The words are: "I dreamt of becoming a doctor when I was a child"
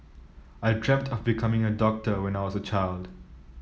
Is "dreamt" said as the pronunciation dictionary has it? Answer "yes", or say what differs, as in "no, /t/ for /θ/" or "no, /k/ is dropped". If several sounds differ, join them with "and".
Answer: yes